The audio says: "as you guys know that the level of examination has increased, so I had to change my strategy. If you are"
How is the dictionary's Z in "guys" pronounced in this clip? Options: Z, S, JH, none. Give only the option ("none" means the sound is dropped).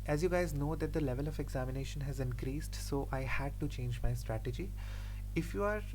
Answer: Z